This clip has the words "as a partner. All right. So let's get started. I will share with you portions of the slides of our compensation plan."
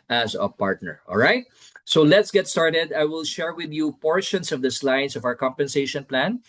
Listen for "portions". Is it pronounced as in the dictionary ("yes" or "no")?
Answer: no